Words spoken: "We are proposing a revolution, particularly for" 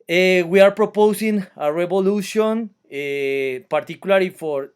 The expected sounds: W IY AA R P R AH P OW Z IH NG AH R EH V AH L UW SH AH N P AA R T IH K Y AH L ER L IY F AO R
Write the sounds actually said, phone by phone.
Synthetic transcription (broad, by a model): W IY AA R P R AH P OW S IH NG AH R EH B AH L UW S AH N P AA R T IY K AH L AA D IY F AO R